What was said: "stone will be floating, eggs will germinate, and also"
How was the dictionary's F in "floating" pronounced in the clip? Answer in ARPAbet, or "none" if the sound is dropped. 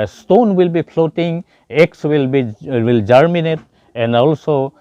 P